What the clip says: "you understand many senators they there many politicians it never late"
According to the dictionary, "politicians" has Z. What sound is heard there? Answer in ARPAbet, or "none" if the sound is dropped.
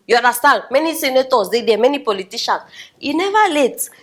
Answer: S